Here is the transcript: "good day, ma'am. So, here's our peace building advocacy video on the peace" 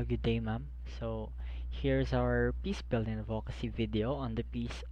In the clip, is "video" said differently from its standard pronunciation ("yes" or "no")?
no